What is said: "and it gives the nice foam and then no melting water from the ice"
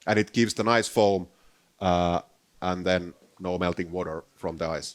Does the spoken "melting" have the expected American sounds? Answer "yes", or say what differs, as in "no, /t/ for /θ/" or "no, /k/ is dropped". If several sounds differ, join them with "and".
yes